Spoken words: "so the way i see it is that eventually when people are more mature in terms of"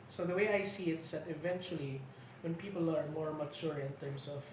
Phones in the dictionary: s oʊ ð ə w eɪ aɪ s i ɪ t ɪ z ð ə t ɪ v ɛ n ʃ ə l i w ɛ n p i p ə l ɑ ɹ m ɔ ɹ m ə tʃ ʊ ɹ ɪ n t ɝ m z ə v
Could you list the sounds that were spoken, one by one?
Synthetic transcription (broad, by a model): s oʊ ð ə w eɪ aɪ s i ɪ t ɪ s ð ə t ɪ v ɛ n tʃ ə l i w ɛ n p i p ə l ɑ ɹ m ɔ ɹ m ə tʃ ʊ ɹ ɪ n t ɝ m s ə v